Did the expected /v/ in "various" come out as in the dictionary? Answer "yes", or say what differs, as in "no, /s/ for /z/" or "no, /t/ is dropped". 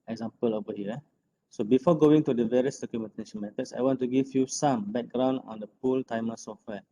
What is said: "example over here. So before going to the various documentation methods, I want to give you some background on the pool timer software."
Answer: yes